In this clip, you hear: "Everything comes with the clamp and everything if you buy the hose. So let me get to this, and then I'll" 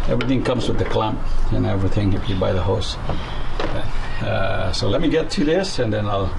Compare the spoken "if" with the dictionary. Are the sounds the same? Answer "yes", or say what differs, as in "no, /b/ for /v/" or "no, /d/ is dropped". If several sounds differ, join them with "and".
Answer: no, /p/ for /f/